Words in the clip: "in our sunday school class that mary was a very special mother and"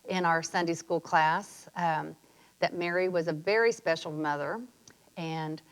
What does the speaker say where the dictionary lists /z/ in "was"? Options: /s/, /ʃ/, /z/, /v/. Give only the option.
/z/